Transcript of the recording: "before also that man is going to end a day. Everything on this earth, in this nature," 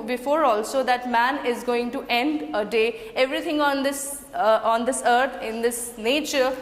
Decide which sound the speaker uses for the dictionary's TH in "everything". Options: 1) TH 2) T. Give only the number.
2